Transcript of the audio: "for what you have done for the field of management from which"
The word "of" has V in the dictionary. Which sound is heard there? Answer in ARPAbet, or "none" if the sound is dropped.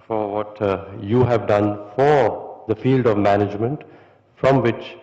V